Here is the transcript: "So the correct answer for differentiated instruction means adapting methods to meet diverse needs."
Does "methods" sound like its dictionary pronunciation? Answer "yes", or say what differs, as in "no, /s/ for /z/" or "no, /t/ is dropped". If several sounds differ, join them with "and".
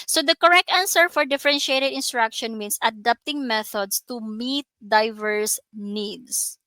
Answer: no, /s/ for /z/